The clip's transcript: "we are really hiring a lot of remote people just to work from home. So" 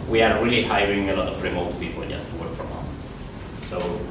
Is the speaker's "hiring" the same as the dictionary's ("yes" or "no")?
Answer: yes